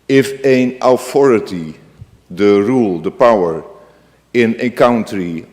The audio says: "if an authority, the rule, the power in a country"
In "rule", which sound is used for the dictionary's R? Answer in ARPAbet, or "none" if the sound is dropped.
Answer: R